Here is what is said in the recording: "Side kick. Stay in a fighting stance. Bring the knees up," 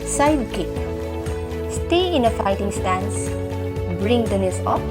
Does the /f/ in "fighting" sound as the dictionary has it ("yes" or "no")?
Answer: yes